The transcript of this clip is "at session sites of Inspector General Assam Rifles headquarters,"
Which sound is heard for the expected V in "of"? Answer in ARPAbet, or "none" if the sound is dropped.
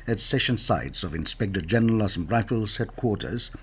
V